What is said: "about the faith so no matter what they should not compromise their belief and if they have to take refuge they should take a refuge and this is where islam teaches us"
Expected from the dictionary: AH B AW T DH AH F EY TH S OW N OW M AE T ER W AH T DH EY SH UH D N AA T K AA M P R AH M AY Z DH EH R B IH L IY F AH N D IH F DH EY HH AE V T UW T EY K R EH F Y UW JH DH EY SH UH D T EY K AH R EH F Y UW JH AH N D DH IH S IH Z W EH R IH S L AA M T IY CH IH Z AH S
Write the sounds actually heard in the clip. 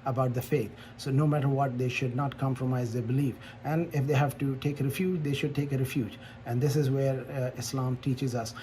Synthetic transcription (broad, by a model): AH B AW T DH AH F EY T S OW N OW M AE T ER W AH T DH EY SH UH D N AA T K AA M P R AH M AY Z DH EH B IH L IY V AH N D IH F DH EY HH AE V T UW T EY K R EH F Y UW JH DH EY SH UH D T EY K AH R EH F Y UW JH AH N D IH S IH Z W EH R IH S L AA M T IY CH IH Z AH S